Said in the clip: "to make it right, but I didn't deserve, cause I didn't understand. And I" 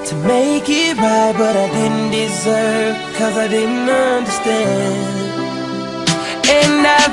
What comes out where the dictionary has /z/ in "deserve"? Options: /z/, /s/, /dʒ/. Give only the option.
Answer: /z/